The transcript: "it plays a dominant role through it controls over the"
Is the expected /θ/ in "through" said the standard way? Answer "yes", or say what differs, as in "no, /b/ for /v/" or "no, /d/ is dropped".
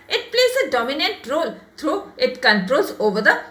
no, /t/ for /θ/